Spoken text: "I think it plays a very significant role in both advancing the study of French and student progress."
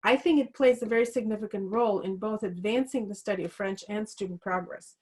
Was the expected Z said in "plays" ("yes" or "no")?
yes